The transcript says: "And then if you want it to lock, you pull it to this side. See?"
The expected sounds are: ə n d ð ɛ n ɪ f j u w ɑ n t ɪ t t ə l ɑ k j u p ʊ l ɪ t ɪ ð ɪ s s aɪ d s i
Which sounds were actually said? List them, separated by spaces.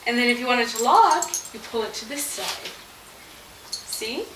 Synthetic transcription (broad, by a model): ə n ð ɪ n ɪ f j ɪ w ɑ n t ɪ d t ə l ɑ k j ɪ p ʊ l ɪ t ɪ ð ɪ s s aɪ d s i